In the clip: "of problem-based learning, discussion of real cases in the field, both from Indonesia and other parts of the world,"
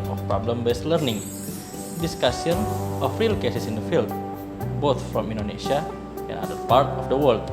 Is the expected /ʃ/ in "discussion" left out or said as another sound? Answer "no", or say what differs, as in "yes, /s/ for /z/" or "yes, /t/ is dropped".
yes, /s/ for /ʃ/